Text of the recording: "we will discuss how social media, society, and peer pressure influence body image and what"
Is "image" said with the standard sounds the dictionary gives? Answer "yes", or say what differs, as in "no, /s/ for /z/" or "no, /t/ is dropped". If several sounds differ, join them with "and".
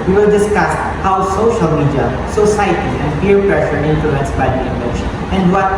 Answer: no, /ʃ/ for /dʒ/